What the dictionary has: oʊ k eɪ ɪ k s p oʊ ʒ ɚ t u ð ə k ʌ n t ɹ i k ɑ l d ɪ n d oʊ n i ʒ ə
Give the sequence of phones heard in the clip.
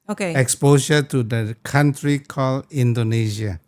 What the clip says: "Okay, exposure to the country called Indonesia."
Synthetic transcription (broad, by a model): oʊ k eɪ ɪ k s p oʊ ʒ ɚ t u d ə k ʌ n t ɹ i k ɑ l ɪ n d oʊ n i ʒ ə